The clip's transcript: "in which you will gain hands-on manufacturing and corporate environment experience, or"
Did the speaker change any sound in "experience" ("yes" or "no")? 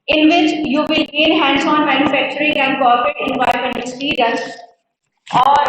yes